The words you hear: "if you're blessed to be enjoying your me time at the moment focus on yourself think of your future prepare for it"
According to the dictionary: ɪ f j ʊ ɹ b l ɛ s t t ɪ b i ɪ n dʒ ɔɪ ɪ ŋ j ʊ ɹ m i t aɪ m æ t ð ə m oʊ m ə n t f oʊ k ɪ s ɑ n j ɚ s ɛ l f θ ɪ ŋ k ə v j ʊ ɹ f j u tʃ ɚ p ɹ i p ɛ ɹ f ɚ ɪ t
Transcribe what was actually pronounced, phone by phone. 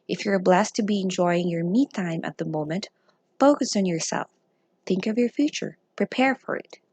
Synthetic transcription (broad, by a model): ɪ f j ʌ ɹ b l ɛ s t t ɪ b i ɪ n dʒ ɔɪ ɪ ŋ j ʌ ɹ m i t aɪ m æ t ð ə m oʊ m ə n t f oʊ k ɪ s n j ɚ s ɛ l f θ ɪ ŋ k ə v j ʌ ɹ f j u tʃ ɚ p ɹ i p ɛ ɹ f ɚ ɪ t